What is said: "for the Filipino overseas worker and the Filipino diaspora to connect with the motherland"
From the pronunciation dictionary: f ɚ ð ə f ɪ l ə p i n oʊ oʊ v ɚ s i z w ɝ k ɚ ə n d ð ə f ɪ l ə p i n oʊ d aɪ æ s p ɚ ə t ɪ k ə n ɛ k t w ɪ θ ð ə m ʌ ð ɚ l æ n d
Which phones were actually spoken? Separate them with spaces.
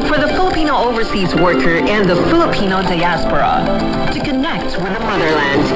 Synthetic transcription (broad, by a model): f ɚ ð ə f ɪ l ə p i n oʊ oʊ v ɚ s i z w ɝ k ɚ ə n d ð ə f ɪ l ə p i n oʊ d aɪ æ s p ɚ ə t ɪ k ə n ɛ k t w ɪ ð ə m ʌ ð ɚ l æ n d